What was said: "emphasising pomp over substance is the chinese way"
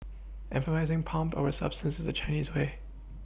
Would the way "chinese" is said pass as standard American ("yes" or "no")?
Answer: yes